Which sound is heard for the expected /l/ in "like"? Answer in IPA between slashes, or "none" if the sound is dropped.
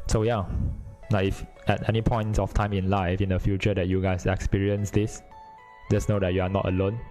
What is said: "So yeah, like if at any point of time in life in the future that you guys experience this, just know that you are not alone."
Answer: /n/